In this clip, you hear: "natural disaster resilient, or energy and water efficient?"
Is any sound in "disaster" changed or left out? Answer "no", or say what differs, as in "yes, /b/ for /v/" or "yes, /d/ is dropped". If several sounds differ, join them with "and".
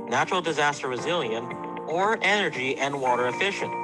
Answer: no